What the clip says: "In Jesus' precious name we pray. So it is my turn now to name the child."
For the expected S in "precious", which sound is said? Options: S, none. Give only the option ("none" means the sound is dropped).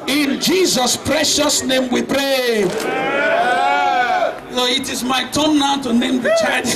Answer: S